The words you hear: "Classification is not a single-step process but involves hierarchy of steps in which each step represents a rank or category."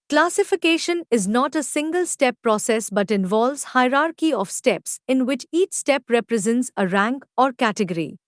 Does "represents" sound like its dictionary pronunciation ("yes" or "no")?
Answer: yes